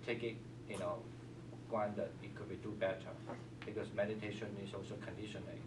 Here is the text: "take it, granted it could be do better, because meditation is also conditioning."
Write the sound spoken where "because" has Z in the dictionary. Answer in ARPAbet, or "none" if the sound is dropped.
S